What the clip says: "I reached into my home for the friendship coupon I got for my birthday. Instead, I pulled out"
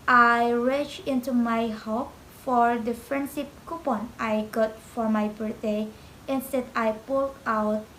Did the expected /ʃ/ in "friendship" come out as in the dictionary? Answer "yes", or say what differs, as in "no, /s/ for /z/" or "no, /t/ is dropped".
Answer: no, /s/ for /ʃ/